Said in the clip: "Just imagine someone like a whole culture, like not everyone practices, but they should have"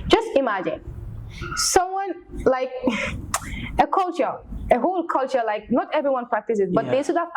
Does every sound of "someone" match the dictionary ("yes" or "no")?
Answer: yes